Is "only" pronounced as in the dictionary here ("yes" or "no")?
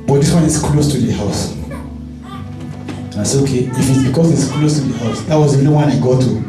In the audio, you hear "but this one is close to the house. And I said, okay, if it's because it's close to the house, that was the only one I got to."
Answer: no